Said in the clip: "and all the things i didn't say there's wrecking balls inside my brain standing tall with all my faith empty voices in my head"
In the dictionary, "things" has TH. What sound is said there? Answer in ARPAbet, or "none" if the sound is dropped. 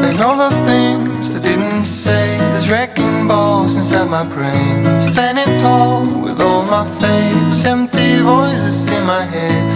TH